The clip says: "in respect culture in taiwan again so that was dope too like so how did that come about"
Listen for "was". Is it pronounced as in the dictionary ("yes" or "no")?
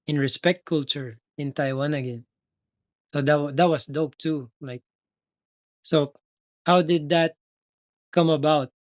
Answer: no